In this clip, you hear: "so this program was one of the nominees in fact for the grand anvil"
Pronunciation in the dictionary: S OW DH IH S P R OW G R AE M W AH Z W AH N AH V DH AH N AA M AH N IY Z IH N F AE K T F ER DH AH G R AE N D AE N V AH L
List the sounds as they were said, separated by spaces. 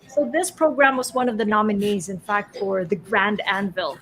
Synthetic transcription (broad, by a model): S OW DH IH S P R OW G R AE M W AH Z W AH N AH V DH AH N AA M AH N IY Z IH N F AE K T F ER DH AH G R AE N D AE N V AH L